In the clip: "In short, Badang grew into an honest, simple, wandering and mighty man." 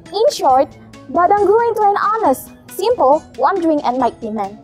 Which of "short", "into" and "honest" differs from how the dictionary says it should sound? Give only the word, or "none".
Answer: none